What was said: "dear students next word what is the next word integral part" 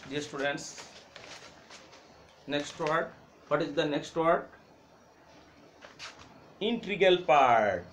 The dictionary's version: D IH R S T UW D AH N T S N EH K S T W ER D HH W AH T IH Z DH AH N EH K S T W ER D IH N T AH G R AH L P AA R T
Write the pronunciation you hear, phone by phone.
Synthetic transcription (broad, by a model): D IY S T UW D AH N T S N EH K S T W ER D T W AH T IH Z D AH N EH K S T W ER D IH N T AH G AH L P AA R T